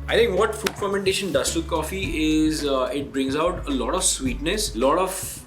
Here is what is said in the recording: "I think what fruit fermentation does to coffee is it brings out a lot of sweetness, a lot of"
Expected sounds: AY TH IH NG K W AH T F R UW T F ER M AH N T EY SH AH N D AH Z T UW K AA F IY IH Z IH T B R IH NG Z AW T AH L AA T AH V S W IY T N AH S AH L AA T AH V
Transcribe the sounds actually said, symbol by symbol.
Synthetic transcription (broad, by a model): AY T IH NG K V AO T F UW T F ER M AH N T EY SH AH N D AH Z T UW K AA F IY IH Z IH T B R IH NG Z AW T AH L AA T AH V S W IY T N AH S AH L AA T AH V